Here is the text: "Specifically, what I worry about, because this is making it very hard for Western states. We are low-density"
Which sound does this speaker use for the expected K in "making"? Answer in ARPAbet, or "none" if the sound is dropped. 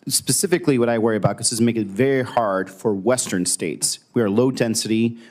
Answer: none